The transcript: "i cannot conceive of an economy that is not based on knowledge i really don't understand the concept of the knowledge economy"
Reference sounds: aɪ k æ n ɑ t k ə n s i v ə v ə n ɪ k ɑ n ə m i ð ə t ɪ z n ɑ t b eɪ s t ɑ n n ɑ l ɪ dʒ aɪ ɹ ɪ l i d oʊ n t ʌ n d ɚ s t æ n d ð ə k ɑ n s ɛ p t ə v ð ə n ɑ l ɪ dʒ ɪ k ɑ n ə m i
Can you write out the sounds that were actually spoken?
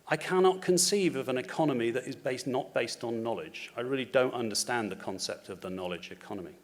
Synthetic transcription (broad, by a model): aɪ k æ n ɑ t k ə n s i v ə v ə n ɪ k ɑ n ə m i ð ə t ɪ z n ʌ t b eɪ s t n n ɑ l ɪ dʒ aɪ ɹ ɪ l i d oʊ n t ʌ n d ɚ s t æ n ð ə k ɑ n s ɛ p t ə v ð ə n ɑ l ɪ dʒ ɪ k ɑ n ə m i